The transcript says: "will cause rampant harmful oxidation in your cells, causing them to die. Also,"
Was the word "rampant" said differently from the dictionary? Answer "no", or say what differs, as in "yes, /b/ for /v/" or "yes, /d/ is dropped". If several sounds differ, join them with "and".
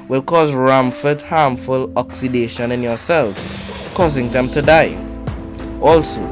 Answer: yes, /f/ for /p/